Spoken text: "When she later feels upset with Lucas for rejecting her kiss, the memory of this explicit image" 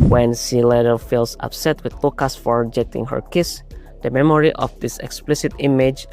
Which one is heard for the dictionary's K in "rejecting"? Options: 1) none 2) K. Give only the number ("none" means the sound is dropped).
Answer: 1